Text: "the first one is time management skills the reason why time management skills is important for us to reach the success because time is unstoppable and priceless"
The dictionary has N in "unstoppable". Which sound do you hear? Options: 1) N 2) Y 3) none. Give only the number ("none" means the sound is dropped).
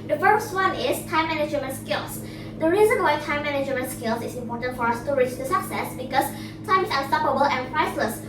3